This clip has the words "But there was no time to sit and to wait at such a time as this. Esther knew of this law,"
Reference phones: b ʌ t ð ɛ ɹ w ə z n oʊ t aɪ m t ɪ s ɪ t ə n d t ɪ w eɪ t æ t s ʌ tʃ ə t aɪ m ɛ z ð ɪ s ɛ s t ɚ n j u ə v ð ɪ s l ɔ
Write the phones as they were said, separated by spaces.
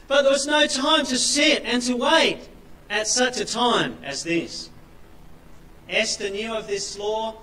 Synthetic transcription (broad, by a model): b ʌ t ð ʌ ɹ w ə z n oʊ t aɪ m t ɪ s ɪ t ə n t ɪ w eɪ t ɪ t s ʌ tʃ ə t aɪ m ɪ z ð ɪ s ɛ s t ɚ n j u ə v ð ɪ s l ɔ